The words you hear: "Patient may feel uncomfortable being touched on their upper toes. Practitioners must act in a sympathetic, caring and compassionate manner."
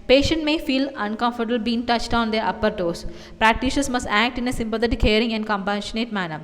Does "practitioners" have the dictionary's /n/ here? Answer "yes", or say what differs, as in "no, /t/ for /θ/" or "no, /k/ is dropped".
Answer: no, /n/ is dropped